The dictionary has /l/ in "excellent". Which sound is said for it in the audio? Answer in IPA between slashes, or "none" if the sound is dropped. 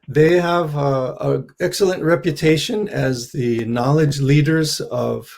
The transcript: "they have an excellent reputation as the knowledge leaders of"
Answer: /l/